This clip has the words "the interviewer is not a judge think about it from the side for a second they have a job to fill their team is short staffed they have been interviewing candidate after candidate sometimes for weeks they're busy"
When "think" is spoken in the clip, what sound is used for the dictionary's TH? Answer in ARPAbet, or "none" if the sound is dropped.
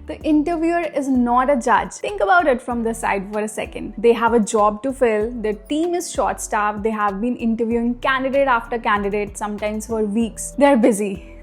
T